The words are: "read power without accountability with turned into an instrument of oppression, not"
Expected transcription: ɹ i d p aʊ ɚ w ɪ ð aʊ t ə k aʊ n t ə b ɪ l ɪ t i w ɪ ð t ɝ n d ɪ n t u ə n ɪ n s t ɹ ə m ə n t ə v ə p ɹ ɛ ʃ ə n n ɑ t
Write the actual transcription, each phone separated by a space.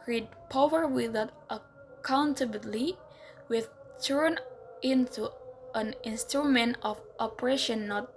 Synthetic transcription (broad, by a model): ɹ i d p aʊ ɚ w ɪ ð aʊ t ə k aʊ n t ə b l i w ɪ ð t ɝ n ɪ n t u ə n ɪ n s t ɹ ə m ə n t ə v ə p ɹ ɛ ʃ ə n n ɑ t